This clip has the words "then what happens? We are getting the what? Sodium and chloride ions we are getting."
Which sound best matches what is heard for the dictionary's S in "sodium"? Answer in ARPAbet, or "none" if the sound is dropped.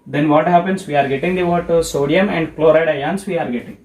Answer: S